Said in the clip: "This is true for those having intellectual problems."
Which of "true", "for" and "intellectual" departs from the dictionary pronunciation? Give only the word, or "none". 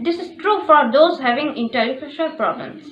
intellectual